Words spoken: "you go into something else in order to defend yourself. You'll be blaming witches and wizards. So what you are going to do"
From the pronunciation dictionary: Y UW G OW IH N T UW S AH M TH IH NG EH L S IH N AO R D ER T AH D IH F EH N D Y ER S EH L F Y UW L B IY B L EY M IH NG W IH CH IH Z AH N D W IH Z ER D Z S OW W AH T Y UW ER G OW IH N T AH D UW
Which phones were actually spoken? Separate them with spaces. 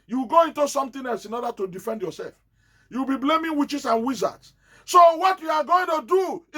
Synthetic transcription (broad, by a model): Y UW G OW IH N T UW S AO M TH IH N EH L S IH N AO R D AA T AH D IH F EH N D Y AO S EH L F Y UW W B IY B L EY M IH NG W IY CH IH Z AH N W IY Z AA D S S OW W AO T Y UW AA G OW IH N T AH D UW